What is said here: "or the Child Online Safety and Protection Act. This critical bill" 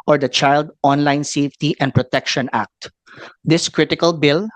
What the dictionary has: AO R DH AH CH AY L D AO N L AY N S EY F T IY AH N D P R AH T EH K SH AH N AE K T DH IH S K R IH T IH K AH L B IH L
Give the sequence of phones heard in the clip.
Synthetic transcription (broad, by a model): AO R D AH CH AY L D AO N L AY N S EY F T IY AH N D P R AH T EH K SH AH N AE K T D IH S K R IH T IH K AH L B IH L